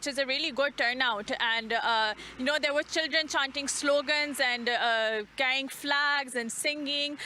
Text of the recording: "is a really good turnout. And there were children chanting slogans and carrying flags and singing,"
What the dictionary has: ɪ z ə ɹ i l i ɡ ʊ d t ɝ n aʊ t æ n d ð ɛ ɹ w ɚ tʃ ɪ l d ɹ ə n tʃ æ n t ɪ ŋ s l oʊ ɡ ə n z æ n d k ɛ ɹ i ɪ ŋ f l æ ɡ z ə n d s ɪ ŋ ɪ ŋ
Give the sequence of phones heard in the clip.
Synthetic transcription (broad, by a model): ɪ z ə ɹ i l i ɡ ʊ d t ɝ n aʊ t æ n d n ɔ ɹ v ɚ tʃ ɪ l d ɹ ə n tʃ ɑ n t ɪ ŋ s l oʊ ɡ ə n z æ n d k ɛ i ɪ ŋ f l æ ɡ z ə n d s ɪ ŋ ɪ ŋ